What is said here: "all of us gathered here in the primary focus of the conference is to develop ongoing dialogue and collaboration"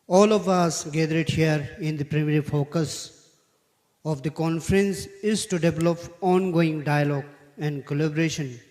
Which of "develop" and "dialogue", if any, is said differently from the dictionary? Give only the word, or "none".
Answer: none